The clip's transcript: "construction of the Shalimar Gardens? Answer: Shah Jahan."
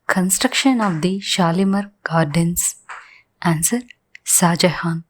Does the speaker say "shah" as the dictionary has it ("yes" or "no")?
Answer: no